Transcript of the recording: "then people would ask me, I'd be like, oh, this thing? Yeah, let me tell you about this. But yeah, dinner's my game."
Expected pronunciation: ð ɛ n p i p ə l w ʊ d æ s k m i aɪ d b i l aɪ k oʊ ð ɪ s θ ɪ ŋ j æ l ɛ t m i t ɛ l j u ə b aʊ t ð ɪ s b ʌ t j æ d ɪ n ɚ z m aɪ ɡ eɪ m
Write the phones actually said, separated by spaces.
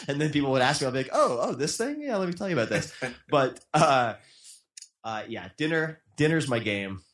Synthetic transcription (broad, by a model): ð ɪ n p i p l w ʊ d æ s k m i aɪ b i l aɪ k oʊ ð ɪ s θ ɪ ŋ j æ l ɛ t m i t ɛ l j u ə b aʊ t ð ɪ s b ʌ t j æ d ɪ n ɚ z m aɪ ɡ eɪ m